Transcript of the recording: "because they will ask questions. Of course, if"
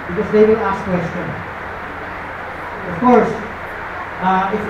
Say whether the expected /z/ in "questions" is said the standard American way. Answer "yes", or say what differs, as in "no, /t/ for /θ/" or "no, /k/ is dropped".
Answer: no, /z/ is dropped